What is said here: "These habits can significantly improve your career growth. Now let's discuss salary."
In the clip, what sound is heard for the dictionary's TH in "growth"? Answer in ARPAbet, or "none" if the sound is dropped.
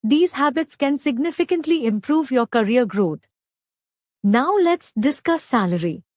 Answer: T